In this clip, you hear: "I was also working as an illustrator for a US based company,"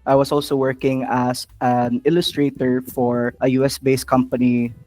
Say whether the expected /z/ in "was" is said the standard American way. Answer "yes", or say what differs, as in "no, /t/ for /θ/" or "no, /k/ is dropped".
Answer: no, /s/ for /z/